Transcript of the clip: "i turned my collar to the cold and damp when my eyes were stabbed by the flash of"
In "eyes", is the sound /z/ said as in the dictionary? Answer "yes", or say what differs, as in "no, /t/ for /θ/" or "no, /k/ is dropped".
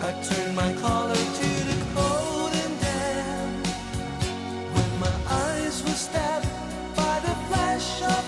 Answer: yes